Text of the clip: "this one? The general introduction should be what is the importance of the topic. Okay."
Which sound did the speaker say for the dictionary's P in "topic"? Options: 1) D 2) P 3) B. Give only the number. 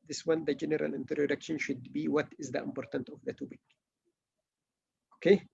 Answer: 3